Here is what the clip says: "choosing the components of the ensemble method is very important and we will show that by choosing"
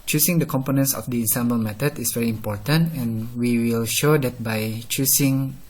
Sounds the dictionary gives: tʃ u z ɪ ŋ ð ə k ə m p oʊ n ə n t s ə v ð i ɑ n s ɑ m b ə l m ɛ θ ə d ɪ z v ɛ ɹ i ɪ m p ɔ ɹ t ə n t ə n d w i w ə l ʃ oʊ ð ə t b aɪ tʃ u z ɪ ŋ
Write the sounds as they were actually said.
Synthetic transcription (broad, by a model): tʃ u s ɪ ŋ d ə k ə m p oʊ n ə n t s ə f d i ɑ n s ɑ m b ə l m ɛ t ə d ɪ s v ɛ ɹ i ɪ m p ɔ ɹ t ə n t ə n w i w ə l ʃ oʊ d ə t b aɪ tʃ u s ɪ ŋ